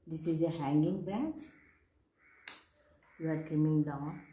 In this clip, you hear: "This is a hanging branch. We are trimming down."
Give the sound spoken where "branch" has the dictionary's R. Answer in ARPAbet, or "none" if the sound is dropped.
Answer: R